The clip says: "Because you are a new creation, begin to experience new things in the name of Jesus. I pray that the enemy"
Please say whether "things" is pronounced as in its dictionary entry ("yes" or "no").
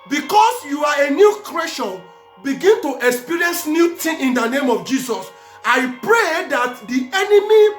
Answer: no